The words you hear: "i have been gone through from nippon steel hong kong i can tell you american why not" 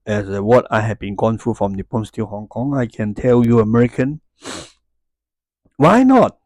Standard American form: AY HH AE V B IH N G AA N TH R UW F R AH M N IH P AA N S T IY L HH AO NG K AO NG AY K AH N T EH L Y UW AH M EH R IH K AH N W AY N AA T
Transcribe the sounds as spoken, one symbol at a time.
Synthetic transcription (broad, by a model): AY HH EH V B IH N G AA N F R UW F R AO M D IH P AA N S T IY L HH AO NG K AO NG AY K AH N T EH L Y UW AH M EH R IH K AH N W AY N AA T